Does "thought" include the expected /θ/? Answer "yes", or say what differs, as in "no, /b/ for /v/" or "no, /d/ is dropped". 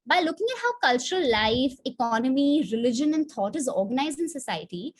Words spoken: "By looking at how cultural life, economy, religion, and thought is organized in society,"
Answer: no, /t/ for /θ/